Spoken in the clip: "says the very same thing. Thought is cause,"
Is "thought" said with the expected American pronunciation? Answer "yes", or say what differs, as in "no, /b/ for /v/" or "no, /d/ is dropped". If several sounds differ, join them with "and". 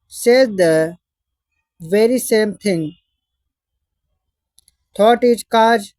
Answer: no, /t/ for /θ/